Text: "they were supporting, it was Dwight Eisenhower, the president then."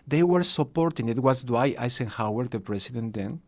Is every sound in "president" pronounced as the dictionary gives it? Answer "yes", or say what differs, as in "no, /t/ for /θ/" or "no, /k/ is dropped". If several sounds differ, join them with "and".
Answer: no, /s/ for /z/